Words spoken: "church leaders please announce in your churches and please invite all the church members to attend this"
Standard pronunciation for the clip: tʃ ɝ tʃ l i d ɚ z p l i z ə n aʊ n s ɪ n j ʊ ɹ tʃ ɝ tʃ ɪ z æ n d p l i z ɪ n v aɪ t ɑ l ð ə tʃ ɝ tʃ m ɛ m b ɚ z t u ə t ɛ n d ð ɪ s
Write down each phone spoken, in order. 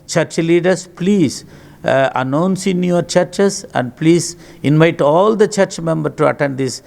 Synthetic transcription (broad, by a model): tʃ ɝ tʃ l i d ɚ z p l i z ə n aʊ n s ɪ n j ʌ ɹ tʃ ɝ tʃ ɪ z æ n d p l i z ɪ n v aɪ t ɑ l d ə tʃ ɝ tʃ m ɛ m b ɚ t u ə t ɛ n d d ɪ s